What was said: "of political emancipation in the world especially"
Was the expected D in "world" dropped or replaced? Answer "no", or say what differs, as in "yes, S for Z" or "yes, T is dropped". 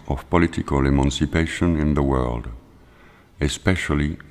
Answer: no